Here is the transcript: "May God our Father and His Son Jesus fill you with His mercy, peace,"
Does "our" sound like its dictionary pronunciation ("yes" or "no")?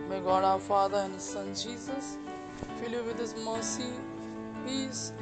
no